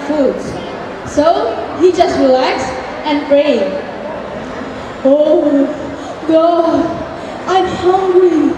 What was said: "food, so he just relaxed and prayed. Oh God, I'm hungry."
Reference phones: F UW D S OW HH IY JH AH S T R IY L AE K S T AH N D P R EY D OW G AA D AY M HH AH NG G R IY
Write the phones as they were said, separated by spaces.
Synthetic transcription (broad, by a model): F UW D S OW HH IY JH AH S T R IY L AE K S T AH N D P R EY OW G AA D AY M HH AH NG G R IY